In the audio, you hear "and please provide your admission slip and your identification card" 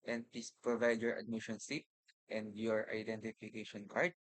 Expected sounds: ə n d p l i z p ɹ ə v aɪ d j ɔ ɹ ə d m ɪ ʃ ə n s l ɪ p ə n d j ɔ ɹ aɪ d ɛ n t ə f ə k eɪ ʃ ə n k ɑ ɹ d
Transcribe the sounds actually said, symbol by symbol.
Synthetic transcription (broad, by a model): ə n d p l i s p ɹ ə v aɪ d j ɔ ɹ ə d m ɪ ʃ ə n s ɪ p ə n d j ɔ ɹ aɪ d ɛ n t ə f ə k eɪ ʃ ə n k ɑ ɹ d